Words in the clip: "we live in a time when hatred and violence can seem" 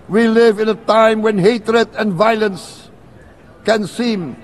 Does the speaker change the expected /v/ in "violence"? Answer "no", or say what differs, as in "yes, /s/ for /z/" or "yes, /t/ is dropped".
no